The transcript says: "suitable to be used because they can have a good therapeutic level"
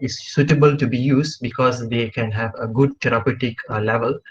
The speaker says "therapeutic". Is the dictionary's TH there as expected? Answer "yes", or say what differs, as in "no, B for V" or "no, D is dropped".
no, T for TH